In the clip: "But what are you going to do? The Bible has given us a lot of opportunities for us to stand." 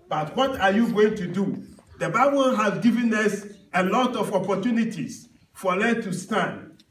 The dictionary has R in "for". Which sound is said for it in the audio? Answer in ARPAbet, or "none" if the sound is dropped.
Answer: L